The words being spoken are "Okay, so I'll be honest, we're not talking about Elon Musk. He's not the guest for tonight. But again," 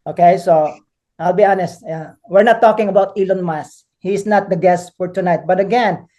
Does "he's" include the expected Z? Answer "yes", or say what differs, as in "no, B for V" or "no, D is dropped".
no, S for Z